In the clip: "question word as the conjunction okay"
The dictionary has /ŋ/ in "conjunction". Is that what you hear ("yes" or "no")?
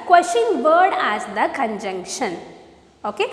yes